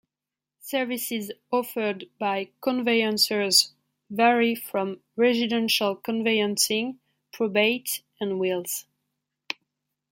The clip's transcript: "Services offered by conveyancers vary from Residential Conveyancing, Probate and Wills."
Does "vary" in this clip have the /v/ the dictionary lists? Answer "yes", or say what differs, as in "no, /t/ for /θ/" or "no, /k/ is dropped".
yes